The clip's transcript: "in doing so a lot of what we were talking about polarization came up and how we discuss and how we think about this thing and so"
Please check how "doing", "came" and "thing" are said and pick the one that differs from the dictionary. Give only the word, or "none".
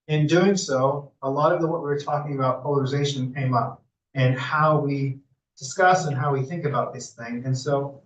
none